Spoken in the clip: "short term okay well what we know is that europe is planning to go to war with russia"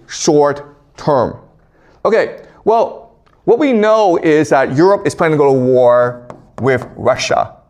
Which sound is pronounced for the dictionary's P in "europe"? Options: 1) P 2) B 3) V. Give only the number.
1